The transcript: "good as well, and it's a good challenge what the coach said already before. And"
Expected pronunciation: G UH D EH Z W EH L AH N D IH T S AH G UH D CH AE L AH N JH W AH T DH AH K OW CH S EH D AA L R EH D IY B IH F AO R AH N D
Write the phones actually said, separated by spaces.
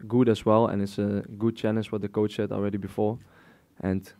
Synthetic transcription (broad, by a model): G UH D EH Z W EH L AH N IH T S AH G UH D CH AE N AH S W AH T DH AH K OW CH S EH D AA L R EH D IY B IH F AO R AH N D